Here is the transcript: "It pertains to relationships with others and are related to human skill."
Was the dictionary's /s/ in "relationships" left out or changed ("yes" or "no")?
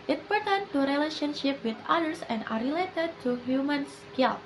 yes